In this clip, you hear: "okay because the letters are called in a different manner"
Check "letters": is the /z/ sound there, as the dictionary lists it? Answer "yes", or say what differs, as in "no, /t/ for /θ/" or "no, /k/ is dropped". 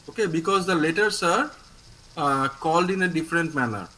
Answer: no, /s/ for /z/